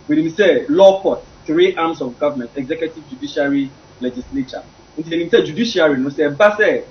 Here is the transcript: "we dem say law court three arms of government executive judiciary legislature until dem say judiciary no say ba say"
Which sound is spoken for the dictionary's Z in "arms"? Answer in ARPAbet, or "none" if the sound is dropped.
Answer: S